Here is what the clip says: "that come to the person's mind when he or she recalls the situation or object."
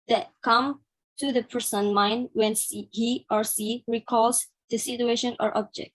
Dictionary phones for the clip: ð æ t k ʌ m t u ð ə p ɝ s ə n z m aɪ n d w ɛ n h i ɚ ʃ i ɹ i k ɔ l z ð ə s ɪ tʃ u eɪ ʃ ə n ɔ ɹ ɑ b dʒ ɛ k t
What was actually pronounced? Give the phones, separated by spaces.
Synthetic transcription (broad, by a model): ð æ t k ʌ m t u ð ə p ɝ s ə n m aɪ n d w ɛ n h i ɚ s i ɹ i k ɔ l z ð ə s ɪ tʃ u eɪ ʃ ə n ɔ ɹ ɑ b dʒ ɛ k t